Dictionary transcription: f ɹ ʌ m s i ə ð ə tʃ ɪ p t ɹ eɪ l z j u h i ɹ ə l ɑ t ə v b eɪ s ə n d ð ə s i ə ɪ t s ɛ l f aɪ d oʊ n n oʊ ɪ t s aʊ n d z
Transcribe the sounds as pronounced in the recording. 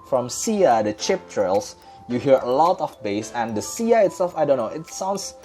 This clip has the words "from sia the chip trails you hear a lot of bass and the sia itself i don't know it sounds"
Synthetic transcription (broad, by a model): f ɹ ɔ m s i ə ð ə tʃ ɪ p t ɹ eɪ l s j u h i ɹ ə l ɑ t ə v b eɪ s ə n d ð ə s i ə ɪ t s ɛ l f aɪ d oʊ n n oʊ ɪ t s aʊ n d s